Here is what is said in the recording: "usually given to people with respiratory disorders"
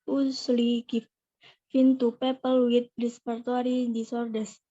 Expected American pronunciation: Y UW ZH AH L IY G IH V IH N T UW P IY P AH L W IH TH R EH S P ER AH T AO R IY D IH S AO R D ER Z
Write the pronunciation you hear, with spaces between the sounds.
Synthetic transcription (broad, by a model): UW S L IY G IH F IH N T UW P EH P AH L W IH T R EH S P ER T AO R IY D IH S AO R D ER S